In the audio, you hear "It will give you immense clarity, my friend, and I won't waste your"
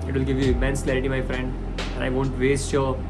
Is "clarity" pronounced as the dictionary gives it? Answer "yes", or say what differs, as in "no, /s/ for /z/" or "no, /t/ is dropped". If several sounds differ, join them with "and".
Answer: yes